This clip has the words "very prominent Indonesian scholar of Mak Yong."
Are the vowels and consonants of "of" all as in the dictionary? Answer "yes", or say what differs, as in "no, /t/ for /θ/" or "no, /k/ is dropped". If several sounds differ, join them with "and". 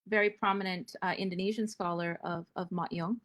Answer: yes